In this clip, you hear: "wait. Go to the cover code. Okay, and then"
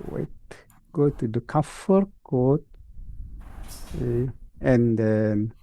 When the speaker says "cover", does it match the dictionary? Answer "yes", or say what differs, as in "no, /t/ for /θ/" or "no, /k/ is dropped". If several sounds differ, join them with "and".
no, /f/ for /v/